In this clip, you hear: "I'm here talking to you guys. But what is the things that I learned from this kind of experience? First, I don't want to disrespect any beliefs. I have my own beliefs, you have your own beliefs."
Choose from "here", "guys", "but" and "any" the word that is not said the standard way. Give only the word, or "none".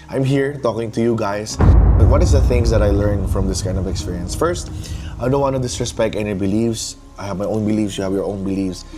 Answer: guys